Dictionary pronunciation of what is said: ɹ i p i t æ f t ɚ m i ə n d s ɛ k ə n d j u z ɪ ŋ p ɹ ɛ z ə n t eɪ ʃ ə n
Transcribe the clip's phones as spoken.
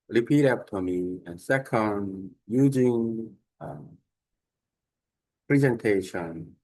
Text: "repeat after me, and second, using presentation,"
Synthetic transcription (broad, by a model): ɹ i p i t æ p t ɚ m i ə n s ɛ k ə n d j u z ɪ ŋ p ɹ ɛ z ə n t eɪ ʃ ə n